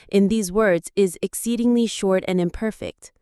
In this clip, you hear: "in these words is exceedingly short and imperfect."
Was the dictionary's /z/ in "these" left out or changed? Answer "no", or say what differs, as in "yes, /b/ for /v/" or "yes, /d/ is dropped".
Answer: no